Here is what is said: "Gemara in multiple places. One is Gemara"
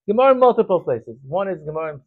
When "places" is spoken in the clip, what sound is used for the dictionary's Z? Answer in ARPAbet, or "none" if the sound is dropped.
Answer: Z